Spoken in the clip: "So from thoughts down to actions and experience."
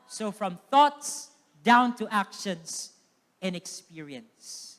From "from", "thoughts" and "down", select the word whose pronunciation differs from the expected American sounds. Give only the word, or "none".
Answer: none